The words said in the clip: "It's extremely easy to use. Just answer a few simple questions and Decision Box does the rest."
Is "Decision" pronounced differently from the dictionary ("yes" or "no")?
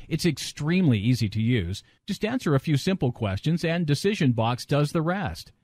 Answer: no